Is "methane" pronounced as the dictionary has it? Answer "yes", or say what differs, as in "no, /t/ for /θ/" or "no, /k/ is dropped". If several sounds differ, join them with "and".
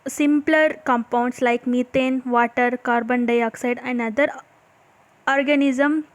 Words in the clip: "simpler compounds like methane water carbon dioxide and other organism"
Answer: no, /t/ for /θ/